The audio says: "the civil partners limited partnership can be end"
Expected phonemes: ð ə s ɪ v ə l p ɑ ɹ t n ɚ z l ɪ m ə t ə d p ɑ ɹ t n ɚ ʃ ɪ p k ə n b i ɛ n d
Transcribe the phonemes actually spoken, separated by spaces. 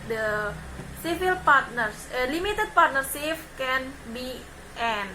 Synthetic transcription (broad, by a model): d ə s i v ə l p ɑ ɹ t n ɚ s l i m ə t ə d p ɑ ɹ t n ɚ s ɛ f k ə n b i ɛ n